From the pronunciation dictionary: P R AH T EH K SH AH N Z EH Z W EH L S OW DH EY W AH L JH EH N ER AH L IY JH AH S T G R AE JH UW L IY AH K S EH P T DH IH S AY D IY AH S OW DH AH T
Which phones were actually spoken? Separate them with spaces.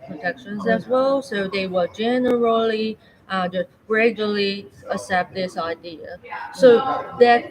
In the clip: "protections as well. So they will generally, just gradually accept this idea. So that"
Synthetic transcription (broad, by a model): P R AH T EH K SH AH N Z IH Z W EH L S OW DH EY W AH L JH EH N ER AH L IY JH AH S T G R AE JH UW L IY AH S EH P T DH IH S AY D IY AH S OW DH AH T